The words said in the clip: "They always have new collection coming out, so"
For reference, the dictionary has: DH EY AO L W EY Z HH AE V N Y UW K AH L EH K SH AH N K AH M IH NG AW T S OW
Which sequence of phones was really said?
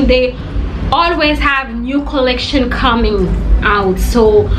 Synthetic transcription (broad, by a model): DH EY AO L W EY Z HH AE V N Y UW K AH L EH K SH AH N K AH M IH NG AW T S OW